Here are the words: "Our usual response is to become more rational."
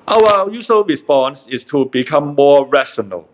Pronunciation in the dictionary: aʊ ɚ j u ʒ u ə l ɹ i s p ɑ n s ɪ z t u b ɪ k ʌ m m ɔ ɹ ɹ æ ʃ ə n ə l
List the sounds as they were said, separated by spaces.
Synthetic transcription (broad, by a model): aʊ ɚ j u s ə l ɹ i s p ɑ n s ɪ s t u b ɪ k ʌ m m ɔ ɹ ɹ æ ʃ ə n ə l